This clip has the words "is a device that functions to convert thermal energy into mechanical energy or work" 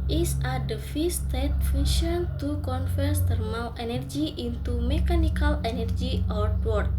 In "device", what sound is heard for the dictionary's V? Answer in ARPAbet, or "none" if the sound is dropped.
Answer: F